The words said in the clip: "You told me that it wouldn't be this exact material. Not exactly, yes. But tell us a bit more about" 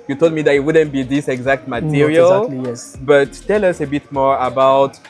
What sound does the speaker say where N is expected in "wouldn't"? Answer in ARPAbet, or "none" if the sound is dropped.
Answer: N